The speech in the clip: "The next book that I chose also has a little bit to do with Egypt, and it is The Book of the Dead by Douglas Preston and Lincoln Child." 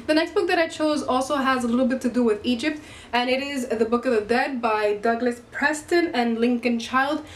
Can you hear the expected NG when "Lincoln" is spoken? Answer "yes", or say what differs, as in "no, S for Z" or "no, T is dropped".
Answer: yes